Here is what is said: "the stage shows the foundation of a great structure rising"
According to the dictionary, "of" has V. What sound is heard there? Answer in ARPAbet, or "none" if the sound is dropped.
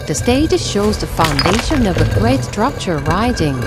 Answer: V